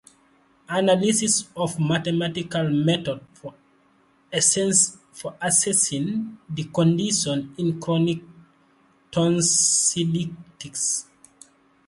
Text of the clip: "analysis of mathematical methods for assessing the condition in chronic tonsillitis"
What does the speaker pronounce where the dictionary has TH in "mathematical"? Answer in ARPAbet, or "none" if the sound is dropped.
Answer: T